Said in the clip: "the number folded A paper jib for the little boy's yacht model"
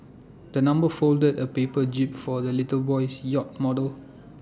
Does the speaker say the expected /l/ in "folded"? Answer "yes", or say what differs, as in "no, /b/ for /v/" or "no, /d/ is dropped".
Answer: yes